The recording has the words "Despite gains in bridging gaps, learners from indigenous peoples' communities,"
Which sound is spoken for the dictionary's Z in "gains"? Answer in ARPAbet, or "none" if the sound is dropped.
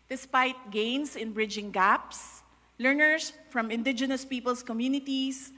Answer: S